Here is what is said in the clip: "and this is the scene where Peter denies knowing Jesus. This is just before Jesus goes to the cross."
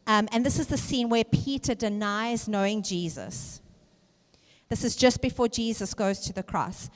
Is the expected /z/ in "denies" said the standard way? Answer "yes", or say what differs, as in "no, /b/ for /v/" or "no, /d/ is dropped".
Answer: yes